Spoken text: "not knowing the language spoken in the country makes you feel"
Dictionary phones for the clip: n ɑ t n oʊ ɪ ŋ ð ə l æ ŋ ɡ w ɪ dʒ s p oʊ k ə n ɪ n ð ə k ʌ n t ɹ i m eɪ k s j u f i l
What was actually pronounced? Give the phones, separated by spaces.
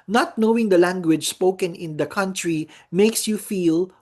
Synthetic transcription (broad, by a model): n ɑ t n oʊ ɪ ŋ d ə l æ ŋ ɡ w ɪ dʒ s p oʊ k ə n ɪ n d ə k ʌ n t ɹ i m eɪ k s j u f i l